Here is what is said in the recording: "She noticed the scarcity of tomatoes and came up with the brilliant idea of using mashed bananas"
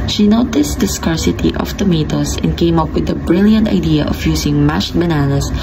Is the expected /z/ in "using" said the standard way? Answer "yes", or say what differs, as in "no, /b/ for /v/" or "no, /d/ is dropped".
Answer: no, /s/ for /z/